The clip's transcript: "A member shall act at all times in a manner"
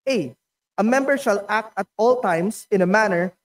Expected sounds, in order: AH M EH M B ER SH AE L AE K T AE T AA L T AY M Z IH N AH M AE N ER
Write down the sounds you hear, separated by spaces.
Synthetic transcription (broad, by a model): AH M EH M B ER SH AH L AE K T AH T AA L T AY M S IH N AH M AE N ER